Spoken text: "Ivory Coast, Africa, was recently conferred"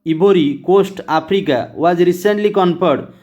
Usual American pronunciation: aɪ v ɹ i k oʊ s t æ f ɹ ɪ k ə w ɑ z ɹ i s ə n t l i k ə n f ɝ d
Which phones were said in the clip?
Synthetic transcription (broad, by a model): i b ɹ i k oʊ s t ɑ p ɹ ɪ k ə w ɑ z ɹ i s ə n t l i k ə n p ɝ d